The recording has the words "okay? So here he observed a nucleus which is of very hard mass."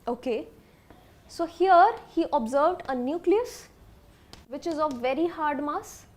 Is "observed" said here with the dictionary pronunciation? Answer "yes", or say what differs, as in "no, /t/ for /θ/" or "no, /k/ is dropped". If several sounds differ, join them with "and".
yes